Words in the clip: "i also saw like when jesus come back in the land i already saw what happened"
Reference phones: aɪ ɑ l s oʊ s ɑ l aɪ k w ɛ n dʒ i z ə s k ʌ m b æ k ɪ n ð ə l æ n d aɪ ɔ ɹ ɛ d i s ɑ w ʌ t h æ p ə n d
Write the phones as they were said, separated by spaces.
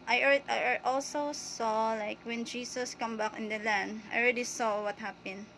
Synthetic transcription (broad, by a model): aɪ ɑ l s oʊ s ɑ l aɪ k w ɛ n dʒ i s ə s k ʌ m b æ k ɪ n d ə l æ n d aɪ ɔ ɹ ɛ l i s ɑ w ʌ t h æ p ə n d